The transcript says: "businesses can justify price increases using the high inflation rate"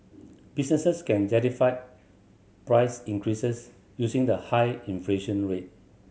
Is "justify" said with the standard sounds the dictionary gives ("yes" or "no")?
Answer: no